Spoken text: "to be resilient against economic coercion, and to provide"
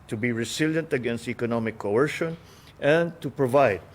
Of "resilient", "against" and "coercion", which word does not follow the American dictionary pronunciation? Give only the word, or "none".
resilient